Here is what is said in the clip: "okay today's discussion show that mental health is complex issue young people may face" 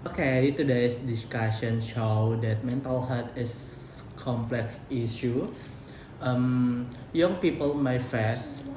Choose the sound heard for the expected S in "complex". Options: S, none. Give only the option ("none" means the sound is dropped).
S